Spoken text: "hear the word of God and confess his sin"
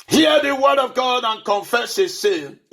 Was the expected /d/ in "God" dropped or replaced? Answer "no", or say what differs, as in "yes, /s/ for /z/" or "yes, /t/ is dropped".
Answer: no